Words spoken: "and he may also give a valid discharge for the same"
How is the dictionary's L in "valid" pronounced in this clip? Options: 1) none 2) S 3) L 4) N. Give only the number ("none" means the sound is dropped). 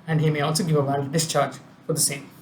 1